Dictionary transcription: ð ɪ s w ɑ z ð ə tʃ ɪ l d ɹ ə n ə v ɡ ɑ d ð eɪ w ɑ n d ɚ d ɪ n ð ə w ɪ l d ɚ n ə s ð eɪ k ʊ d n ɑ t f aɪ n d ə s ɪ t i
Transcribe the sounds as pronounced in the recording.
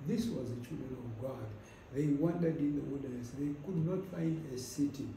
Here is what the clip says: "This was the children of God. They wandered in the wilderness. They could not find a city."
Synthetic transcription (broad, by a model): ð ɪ s w ɑ z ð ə tʃ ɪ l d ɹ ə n ə v ɡ ɑ d ð eɪ w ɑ n d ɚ d ɪ n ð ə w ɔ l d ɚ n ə s ð eɪ k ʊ d n ɑ t f aɪ n d ə s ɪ t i